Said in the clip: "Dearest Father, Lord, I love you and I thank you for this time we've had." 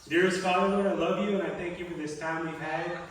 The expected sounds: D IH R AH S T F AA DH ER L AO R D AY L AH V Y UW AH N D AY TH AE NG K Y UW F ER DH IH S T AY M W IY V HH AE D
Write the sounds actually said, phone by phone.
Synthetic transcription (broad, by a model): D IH R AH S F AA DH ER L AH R AY L AH V Y UW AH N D AY TH AE NG K Y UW F ER DH IH S T AY M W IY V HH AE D